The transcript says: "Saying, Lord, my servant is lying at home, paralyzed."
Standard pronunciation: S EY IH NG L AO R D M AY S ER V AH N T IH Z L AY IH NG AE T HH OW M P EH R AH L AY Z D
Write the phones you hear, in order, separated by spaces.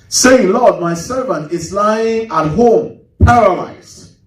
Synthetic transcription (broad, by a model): S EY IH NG L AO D M AY S ER V AH N T IH Z L AY IH NG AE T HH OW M P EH R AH L AY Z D